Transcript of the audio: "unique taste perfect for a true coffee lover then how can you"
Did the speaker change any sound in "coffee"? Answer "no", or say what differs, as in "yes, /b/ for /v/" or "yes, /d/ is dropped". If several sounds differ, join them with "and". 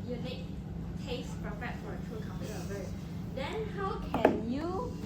yes, /p/ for /f/